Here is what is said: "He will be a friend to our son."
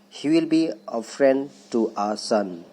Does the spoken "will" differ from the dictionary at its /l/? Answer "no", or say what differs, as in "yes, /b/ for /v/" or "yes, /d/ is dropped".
no